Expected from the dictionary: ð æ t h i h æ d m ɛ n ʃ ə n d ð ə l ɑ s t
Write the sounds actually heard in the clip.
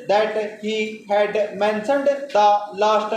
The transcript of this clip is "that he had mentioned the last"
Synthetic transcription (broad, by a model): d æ t h i h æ d m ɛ n s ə n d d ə l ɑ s t